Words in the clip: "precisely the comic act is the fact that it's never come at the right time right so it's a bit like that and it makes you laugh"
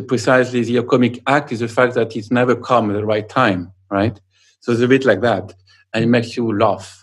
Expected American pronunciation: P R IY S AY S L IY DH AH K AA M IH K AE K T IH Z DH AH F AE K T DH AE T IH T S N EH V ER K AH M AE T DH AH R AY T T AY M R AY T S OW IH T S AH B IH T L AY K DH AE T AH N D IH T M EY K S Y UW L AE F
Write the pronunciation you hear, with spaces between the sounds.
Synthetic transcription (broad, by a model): P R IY S AY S L IY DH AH K AA M IH K AE K T IH Z DH AH F AE K T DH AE T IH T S N EH V ER K AH M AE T DH AH R AY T T AY M R AY T S OW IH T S AH B IH T L AY K DH AE T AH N IH T M EY K S Y UW L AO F